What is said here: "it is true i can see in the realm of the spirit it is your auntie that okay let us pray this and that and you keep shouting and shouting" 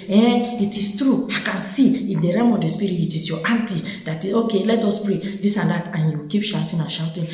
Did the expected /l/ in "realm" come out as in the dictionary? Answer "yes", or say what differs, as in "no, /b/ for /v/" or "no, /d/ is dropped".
no, /l/ is dropped